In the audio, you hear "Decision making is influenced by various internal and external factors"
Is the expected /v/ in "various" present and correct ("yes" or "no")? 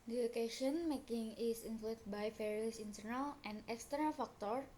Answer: no